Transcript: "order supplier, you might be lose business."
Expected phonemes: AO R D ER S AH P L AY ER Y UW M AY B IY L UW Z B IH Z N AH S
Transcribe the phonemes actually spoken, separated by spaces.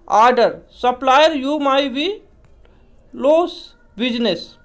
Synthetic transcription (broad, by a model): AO R D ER S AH P L AY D Y UW M AY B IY L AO S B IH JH N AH S